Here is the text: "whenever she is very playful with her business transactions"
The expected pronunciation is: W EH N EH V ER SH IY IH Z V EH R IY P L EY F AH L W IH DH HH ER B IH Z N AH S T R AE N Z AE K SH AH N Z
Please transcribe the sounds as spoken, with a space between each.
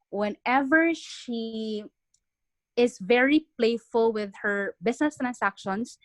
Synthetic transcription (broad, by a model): W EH N EH V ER SH IY IH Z V EH R IY P L EY F AH L W IH DH HH ER B IH S N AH S T R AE N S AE K SH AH N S